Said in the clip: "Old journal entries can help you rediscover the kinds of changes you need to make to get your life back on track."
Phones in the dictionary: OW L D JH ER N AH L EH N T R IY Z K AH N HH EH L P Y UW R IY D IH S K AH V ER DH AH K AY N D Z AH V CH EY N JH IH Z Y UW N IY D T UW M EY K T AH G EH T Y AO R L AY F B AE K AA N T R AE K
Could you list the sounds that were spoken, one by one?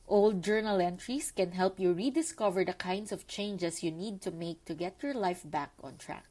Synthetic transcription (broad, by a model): OW L D JH ER N AH L EH N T R IY S K AH N HH EH L P Y UW R IY D IH S K AH V ER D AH K AY N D S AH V CH EY N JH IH S Y UW N IY D T UW M EY K T AH G EH T Y AO R L AY F B AE K AA N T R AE K